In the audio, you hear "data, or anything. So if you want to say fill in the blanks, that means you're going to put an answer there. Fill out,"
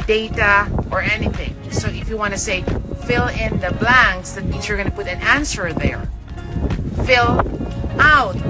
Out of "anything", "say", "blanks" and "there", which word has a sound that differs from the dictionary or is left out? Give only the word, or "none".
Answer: none